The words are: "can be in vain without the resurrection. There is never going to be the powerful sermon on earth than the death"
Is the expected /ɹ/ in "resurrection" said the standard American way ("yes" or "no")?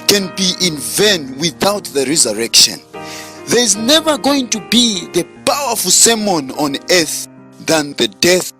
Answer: yes